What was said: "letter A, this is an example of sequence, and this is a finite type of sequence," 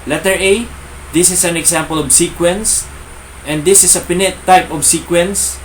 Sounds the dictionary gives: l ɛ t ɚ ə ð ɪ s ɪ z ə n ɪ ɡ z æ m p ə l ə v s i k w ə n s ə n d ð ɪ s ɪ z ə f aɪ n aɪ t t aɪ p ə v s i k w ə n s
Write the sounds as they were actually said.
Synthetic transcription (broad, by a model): l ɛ t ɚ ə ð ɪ s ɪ s ə n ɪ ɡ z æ m p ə l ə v s i k w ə n s ə n d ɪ s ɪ s ə p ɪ n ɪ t t aɪ p ə v s i k w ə n s